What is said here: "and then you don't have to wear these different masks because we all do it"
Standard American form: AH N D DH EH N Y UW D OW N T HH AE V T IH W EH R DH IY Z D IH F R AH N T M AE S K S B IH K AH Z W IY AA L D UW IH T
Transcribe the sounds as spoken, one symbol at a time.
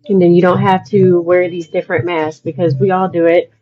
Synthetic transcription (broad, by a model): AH N DH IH N Y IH D OW N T HH AE F T IH W EH R DH IY Z D IH F R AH N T M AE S S B IH K AH Z W IY AA L D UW IH T